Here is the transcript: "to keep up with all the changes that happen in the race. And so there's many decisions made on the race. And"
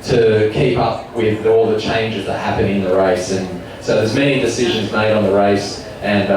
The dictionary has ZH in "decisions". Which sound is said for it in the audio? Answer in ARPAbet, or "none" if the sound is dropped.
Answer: ZH